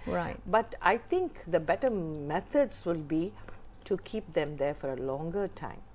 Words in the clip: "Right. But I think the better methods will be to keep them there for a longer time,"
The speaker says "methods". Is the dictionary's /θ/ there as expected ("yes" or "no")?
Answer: no